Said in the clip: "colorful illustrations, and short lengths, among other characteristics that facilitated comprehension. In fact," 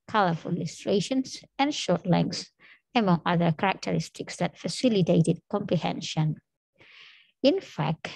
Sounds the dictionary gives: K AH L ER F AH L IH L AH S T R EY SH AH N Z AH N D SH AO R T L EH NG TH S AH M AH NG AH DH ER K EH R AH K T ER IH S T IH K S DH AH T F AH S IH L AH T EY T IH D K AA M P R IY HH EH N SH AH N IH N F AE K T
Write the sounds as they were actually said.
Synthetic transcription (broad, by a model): K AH L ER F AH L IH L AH S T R EY SH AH N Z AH N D SH AO R T L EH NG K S AH M AH NG AH DH ER K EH R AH K T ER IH S T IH K S DH AH T F AH S IH L AH T EY T IH D K AA M P R IY HH EH N SH AH N IH N F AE K T